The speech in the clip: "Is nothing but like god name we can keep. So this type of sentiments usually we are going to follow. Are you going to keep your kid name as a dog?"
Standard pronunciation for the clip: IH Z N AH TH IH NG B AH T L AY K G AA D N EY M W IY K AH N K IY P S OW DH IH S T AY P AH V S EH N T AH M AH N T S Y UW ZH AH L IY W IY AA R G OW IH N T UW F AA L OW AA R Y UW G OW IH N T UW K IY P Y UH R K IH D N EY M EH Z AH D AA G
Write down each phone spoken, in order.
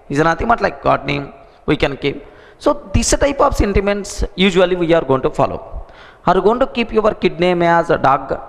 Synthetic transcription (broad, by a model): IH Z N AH T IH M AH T L AY K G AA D N EY M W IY K AH N K IY P S OW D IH S T AY P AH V S EH N T AH M AH N T S Y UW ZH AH L IY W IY AA R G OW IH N T UW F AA L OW AA R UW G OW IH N T UW K IY P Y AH R K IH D N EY M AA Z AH D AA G